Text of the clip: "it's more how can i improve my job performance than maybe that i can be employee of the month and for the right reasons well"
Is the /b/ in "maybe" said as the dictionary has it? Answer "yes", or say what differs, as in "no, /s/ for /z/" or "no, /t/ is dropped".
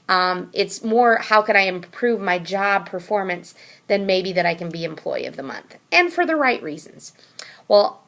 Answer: yes